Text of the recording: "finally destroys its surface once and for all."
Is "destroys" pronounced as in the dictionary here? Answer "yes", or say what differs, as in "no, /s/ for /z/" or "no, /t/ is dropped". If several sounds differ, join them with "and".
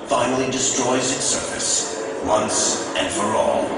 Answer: yes